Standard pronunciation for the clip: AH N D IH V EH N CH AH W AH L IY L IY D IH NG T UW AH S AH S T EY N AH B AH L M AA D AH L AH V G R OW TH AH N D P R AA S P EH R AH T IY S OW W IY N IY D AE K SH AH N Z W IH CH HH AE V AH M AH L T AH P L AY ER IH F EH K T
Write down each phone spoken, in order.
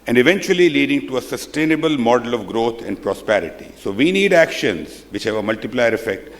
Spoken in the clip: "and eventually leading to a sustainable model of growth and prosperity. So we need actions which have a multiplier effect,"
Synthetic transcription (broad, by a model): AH N D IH V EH N CH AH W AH L IY L IY D IH NG T UW AH S AH S T EY N AH B AH L M AA D AH L AH V G R OW T AH N D P R AA S P EH R AH T IY S OW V IY N IY D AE K SH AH N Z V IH CH HH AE V AH M AH L T AH P L AY ER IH F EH K T